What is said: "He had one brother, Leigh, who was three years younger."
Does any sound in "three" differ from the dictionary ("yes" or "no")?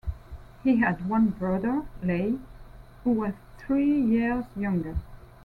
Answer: no